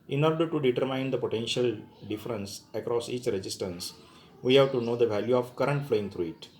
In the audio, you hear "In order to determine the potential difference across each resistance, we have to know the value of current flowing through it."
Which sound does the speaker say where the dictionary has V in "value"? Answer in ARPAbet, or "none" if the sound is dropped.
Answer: V